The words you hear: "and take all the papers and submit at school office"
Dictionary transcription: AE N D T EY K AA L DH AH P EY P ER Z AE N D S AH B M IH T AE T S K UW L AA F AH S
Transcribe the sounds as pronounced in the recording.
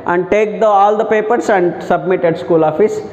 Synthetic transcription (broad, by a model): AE N D T EY K AA L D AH P EY P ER S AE N D S AH B M IH T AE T S K UW L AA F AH S